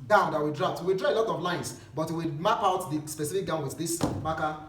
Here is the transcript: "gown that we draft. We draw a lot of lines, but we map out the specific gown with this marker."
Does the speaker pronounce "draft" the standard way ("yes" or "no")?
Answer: no